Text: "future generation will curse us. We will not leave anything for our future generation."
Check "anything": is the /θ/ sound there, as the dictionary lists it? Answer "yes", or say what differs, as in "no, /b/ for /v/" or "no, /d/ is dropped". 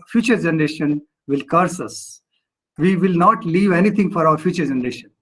no, /t/ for /θ/